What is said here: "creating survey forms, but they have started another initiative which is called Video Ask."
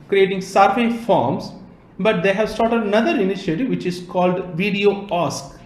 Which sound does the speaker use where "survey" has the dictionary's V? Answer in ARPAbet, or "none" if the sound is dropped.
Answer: F